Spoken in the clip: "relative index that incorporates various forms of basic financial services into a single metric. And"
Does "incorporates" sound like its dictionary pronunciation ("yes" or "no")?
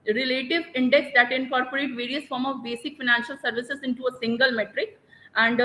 no